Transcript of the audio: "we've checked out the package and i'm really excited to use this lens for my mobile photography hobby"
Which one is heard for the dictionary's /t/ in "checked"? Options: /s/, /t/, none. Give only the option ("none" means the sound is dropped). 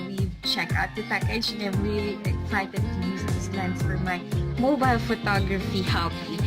none